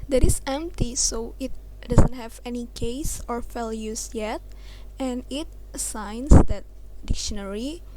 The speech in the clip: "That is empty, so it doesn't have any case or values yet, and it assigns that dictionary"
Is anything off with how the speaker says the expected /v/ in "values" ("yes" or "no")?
yes